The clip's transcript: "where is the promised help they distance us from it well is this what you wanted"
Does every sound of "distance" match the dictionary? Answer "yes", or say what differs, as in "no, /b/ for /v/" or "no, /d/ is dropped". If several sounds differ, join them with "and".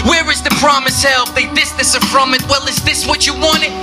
no, /n/ is dropped